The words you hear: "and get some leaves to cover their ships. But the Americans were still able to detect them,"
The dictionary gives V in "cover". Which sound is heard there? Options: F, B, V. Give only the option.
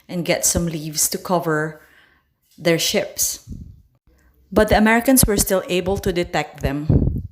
V